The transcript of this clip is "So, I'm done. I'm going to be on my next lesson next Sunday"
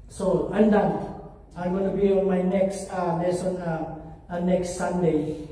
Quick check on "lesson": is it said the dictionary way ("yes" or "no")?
no